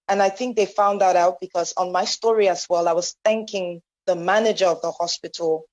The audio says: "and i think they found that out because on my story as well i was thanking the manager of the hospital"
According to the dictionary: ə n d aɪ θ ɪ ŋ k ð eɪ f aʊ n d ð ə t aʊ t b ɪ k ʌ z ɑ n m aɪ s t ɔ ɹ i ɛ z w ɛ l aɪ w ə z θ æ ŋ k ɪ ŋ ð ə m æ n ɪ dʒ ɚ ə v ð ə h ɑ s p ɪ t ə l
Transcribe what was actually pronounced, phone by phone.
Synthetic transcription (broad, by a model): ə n aɪ θ ɪ ŋ k ð eɪ f aʊ n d ð ə t aʊ t b ɪ k ʌ z n m aɪ s t ɔ ɹ i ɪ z w ɛ l aɪ w ə z θ æ ŋ k ɪ ŋ ð ə m æ n ɪ dʒ ɚ ə v ð ə h ɑ s p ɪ t l